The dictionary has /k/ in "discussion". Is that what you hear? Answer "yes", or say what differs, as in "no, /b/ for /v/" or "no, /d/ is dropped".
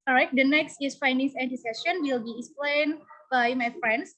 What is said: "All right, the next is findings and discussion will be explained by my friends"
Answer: no, /k/ is dropped